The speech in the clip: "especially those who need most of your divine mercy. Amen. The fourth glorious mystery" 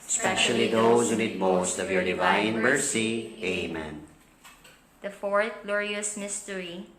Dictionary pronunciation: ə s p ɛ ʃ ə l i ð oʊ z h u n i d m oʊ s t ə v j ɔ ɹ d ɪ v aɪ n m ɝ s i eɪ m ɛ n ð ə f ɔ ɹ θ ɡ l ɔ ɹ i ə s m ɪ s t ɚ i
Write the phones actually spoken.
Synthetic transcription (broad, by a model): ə s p ɛ ʃ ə l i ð oʊ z h u n i d m oʊ s t ə v j ɔ ɹ d ɪ v aɪ n m ɝ s i eɪ m ɛ n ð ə f ɔ ɹ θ ɡ l ɔ ɹ i ə s m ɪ s t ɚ i